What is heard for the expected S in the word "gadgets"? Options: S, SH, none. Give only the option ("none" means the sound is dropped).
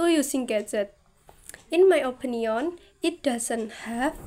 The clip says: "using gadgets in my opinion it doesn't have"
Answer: none